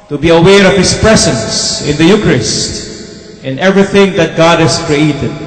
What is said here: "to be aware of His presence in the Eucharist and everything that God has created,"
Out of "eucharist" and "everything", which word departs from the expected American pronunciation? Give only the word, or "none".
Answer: none